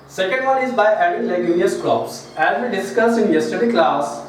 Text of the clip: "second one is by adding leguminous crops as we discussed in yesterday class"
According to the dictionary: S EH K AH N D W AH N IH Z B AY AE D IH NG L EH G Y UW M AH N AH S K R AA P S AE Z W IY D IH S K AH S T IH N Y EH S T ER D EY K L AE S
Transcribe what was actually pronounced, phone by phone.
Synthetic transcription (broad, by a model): S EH K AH N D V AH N IH Z B AY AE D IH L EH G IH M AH AH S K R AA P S AE Z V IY D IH S K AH S IH N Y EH S T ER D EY K L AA S